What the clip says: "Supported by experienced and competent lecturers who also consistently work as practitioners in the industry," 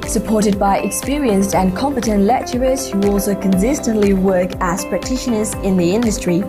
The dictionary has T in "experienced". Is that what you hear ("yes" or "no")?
yes